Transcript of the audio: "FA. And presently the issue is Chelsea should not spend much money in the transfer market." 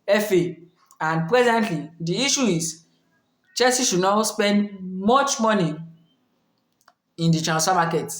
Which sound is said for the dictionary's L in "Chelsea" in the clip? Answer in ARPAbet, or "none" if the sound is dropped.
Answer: none